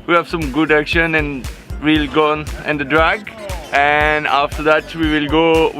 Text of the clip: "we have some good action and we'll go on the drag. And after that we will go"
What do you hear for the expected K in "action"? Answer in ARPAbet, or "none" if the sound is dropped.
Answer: K